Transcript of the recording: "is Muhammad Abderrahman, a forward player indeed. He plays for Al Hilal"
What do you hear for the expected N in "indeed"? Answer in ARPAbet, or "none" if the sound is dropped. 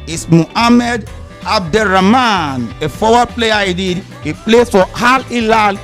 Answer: none